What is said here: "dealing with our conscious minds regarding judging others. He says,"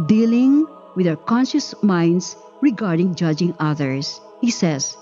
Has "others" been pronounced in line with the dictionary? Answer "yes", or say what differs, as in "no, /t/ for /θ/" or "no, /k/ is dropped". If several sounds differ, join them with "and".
no, /s/ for /z/